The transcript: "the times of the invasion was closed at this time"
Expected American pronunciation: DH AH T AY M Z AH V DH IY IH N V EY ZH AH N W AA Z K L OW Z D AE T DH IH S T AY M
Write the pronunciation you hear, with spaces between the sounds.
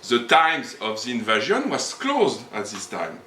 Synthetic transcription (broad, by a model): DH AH T AY M Z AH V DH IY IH N V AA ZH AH N W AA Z K L OW Z D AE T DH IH S T AY M